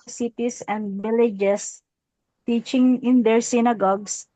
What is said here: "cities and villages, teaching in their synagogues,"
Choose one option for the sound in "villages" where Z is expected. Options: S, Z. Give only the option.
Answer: S